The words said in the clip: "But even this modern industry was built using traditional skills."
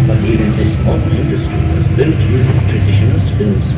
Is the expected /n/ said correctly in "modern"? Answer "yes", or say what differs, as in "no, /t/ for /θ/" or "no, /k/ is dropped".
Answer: no, /n/ is dropped